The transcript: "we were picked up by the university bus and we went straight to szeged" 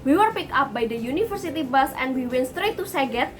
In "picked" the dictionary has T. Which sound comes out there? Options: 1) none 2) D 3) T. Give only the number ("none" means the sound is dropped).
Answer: 1